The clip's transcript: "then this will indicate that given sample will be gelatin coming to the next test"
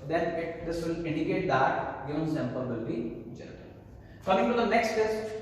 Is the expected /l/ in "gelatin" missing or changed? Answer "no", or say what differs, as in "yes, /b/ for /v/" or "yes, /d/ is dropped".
yes, /n/ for /l/